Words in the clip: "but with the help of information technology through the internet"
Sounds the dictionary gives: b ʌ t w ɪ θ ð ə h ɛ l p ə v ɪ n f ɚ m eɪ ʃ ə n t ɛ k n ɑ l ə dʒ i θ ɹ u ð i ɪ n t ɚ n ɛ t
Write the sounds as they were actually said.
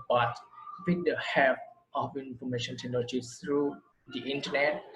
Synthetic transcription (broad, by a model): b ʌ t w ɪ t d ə h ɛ p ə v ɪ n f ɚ m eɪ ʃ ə n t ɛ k n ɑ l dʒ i s ɹ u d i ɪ n t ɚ n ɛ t